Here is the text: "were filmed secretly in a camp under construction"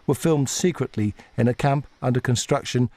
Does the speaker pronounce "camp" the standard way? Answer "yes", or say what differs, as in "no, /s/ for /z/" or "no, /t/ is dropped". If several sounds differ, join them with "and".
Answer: yes